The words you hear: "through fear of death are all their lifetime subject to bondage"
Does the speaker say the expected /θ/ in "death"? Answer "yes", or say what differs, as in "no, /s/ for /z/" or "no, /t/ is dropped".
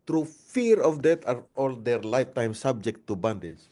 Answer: no, /t/ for /θ/